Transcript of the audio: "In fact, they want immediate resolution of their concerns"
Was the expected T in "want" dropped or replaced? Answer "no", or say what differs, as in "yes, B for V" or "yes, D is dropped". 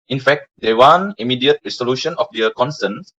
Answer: yes, T is dropped